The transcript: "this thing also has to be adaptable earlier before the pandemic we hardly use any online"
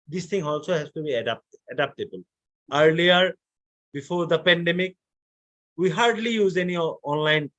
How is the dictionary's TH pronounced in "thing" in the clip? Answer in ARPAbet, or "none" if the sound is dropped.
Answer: T